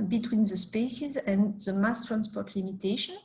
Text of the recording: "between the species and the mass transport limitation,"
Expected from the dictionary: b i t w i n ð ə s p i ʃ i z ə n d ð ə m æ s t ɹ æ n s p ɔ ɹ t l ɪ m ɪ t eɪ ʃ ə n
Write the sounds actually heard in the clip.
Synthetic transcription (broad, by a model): b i t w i n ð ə s p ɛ s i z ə n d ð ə m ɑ s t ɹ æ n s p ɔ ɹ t l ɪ m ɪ t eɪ ʃ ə n